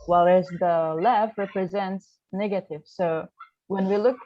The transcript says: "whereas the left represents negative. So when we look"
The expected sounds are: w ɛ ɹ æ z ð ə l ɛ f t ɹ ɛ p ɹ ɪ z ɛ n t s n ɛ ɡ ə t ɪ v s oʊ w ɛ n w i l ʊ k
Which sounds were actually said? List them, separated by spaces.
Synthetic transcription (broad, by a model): w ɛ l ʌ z ð ə l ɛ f ɹ ɛ p ɹ ɪ z ɛ n t s n ɛ ɡ ə t ɪ v s oʊ w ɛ n w i l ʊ k